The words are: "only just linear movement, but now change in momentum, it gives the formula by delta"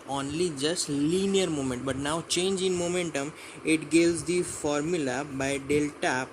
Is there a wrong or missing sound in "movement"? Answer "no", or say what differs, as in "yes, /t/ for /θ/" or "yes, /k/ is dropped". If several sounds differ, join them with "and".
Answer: yes, /v/ is dropped